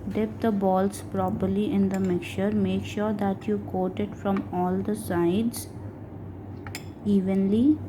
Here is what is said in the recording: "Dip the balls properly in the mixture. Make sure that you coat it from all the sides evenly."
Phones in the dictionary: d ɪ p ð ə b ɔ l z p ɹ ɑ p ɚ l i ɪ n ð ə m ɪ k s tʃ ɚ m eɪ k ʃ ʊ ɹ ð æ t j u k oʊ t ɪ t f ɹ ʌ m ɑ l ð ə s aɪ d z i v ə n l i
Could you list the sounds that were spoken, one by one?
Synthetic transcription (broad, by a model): d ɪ p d ə b ɔ l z p ɹ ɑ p ɚ l i ɪ n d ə m ɪ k tʃ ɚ m eɪ k ʃ ʊ ɹ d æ t j u k oʊ t ɪ t f ɹ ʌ m ɑ l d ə s aɪ d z i v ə n l i